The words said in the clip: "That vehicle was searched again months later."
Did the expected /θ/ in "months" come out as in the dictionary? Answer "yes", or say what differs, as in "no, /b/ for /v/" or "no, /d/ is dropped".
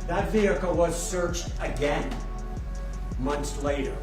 yes